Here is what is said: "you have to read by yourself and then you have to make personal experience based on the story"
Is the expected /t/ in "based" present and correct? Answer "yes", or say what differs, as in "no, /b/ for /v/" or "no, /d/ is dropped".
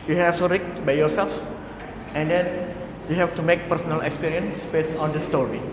no, /t/ is dropped